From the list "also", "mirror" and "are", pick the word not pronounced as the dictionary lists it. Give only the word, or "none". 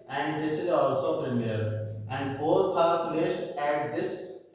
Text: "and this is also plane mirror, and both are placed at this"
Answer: mirror